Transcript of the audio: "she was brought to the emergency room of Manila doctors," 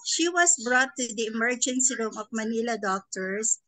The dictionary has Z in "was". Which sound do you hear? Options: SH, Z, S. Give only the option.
S